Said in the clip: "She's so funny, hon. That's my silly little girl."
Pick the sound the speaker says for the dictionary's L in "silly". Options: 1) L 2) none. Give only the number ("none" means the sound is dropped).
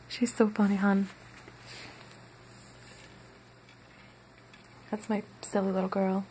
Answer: 1